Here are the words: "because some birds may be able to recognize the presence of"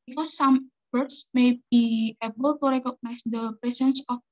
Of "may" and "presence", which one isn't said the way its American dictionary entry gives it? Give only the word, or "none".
presence